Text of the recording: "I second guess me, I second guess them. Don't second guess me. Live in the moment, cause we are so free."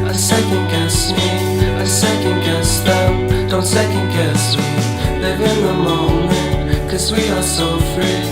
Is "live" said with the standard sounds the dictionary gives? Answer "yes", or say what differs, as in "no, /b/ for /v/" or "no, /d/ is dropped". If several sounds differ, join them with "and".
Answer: no, /n/ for /l/